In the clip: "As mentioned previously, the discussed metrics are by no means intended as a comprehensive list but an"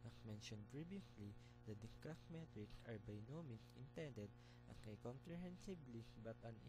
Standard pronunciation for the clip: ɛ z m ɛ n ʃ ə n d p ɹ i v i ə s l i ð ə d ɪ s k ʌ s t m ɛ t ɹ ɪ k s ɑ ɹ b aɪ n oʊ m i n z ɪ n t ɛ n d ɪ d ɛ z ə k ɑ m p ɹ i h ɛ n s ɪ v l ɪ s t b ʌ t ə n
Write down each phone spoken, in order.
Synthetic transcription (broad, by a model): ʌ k m ɛ n ʃ ə n d p ɹ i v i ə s l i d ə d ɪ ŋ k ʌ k m ɛ t ɹ ɪ k s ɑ ɹ b aɪ n oʊ m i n ɪ n t ɛ n d ɪ d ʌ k ə k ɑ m p ɹ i h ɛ n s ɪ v l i b ʌ t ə n